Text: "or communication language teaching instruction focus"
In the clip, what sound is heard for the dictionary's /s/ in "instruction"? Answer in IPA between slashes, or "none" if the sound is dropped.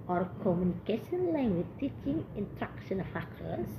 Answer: none